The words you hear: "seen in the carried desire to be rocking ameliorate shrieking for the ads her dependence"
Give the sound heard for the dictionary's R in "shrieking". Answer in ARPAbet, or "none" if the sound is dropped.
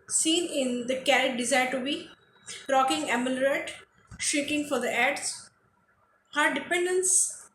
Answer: none